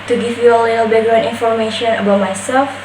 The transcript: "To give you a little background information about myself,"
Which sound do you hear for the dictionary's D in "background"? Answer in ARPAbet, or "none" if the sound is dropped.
none